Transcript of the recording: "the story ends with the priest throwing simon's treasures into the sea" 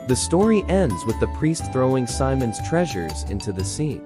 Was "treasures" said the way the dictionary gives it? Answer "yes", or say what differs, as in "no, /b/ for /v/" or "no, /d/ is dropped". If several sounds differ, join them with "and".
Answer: yes